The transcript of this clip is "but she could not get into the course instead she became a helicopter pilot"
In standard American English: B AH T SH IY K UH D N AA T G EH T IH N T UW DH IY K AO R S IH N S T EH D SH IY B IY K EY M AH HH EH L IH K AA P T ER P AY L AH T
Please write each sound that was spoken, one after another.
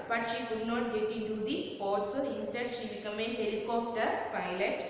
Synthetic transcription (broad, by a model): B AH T SH IY K UH D N AA T G EH T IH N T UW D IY AO L S IH N S T EH D SH IY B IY K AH M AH HH EH L IH K AA P T ER P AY L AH T